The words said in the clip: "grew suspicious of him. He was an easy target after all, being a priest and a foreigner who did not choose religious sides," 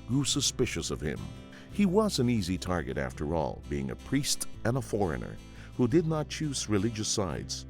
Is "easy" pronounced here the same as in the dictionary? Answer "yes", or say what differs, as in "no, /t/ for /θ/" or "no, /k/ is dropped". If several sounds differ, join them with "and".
yes